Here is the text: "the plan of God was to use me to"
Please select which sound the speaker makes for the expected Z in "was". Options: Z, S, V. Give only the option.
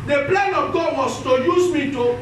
S